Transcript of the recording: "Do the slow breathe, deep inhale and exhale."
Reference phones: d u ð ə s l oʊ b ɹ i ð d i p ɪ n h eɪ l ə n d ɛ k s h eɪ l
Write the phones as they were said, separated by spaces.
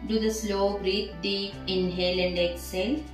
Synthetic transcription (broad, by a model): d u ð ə s l oʊ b ɹ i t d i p ɪ n h eɪ l ə n d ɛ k s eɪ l